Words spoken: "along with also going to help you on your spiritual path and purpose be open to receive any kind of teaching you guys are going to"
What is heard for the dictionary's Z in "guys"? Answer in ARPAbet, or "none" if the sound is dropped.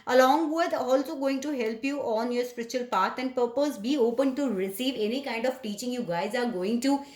Z